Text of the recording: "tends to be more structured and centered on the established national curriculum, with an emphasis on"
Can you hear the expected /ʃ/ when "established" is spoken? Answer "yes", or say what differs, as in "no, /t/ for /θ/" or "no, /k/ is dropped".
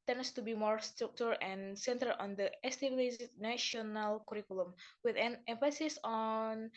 no, /s/ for /ʃ/